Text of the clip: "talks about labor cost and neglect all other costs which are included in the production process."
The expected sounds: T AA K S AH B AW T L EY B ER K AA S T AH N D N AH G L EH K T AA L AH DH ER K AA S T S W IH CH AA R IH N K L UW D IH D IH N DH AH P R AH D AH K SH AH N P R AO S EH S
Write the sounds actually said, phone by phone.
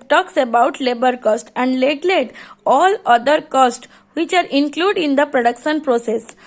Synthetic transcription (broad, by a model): T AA K S AH B AW T L EY B ER K AA S T AH N D L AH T L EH T AA L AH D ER K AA S T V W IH CH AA R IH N K L UW D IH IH N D AH P R AH D AH K SH AH N P R AO S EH S